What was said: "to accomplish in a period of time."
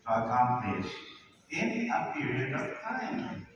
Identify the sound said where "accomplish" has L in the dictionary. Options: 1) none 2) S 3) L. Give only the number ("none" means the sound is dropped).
1